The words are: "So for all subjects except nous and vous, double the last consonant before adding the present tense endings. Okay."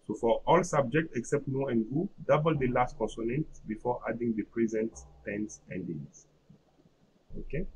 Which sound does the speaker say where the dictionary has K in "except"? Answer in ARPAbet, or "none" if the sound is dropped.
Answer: K